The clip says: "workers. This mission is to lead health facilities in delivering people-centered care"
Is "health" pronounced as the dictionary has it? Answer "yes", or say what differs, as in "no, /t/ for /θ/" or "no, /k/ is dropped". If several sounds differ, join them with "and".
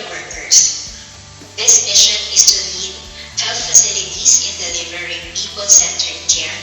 no, /f/ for /θ/